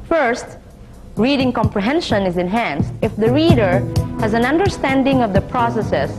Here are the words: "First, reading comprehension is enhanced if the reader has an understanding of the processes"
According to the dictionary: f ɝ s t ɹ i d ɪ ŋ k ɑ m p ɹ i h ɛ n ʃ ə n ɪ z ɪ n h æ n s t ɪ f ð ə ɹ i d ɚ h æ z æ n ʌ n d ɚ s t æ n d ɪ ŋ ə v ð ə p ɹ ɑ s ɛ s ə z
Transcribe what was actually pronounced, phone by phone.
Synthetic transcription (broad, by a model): f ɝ s t ɹ i d ɪ ŋ k ɑ m p ɹ i h ɛ n ʃ ə n ɪ z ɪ n h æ n s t ɪ f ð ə ɹ i d ɚ h æ z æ n ʌ n d ɚ s t æ n d ɪ ŋ ə v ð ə p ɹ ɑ s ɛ s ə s